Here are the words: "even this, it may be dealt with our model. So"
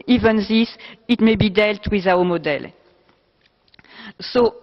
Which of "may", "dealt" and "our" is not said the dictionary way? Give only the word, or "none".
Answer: our